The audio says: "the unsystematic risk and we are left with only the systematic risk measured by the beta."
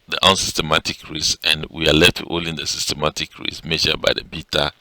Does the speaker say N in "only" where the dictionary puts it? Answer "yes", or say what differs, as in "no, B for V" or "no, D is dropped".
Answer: no, N is dropped